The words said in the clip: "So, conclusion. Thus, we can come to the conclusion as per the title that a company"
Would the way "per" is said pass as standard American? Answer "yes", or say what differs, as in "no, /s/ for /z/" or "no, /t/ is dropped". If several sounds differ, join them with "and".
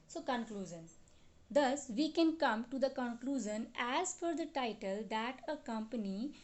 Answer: no, /f/ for /p/